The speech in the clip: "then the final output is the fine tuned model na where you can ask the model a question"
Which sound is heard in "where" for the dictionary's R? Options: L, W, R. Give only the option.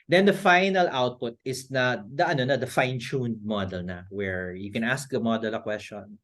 R